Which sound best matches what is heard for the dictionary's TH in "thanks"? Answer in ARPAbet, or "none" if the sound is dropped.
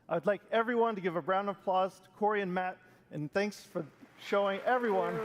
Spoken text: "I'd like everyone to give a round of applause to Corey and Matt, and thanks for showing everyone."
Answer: TH